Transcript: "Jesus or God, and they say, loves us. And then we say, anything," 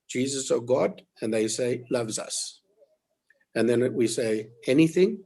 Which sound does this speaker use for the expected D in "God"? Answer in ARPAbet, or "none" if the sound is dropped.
D